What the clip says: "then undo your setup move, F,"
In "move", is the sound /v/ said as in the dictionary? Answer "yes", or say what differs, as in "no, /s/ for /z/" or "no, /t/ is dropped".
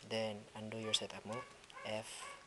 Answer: no, /v/ is dropped